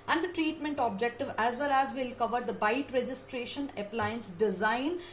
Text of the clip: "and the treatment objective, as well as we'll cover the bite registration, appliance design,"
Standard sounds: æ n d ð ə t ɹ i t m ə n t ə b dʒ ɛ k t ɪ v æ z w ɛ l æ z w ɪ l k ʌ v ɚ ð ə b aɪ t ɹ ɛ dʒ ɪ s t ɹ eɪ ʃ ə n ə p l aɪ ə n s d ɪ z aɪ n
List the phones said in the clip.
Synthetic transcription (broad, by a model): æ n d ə t ɹ i t m ə n t ə b dʒ ɛ k t ɪ v æ z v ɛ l æ z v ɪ l k ʌ v ɚ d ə b aɪ t ɹ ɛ dʒ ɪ s t ɹ eɪ ʃ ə n ə p l aɪ ə n s d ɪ z aɪ n